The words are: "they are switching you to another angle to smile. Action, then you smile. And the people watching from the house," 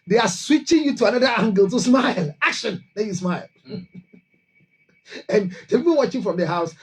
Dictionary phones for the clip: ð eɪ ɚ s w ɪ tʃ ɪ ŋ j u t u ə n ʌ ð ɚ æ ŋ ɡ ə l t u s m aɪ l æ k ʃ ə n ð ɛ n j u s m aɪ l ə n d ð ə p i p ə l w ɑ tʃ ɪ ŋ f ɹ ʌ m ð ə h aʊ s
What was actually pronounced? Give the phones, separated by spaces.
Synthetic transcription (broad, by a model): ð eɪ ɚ s w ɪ tʃ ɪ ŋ j u t u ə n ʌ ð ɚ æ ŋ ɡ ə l t u s m aɪ l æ k ʃ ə n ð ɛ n j u s m aɪ l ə n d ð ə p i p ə n w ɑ tʃ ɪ f ɹ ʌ m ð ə h aʊ s